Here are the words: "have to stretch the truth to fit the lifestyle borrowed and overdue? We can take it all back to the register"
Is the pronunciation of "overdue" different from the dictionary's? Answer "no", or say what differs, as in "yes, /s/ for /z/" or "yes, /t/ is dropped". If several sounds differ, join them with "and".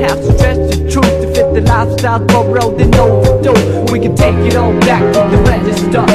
yes, /v/ is dropped